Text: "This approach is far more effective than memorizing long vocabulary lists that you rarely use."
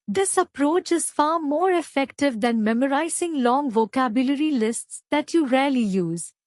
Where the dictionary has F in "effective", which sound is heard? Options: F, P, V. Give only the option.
F